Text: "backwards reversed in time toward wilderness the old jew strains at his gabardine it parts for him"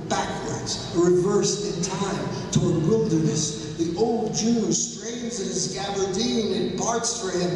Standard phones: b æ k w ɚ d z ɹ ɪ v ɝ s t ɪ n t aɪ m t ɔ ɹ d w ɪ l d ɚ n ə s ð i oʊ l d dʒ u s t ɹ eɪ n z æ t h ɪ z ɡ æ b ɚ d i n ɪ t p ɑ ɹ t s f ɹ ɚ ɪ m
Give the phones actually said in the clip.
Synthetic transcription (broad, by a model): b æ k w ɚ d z ɹ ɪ v ɝ s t ɪ n t aɪ m t ɔ ɹ d w ɪ l d ɚ n ə s ð i oʊ l d dʒ u s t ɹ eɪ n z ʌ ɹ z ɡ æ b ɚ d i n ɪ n p ɑ ɹ t s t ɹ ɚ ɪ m